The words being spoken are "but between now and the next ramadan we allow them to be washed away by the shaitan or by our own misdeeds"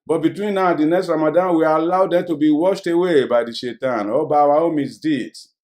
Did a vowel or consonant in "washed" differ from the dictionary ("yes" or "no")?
no